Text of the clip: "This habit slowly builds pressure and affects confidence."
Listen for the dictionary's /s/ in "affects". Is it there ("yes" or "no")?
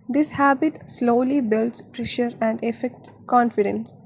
no